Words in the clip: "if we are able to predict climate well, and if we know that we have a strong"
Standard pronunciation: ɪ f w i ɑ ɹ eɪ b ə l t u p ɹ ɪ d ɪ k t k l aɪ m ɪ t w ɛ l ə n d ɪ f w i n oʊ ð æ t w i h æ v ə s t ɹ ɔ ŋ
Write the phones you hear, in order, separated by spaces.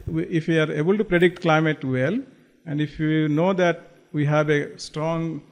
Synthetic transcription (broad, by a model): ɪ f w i ɑ ɹ eɪ b ə l t u p ɹ ɪ d ɪ k t k l aɪ m ɪ t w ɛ l ə n d ɪ f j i n oʊ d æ t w i h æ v ə s t ɹ ɔ ŋ